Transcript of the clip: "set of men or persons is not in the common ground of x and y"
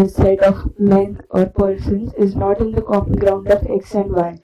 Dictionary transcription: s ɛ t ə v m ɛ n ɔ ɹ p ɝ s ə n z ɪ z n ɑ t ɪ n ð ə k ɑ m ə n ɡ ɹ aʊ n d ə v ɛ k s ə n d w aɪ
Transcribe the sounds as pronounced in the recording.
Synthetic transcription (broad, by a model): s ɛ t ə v m ɛ n ɔ ɹ p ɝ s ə n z ɪ z n ɑ t ɪ n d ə k ɑ m ə n ɡ ɹ aʊ n d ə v ɛ k s ə n d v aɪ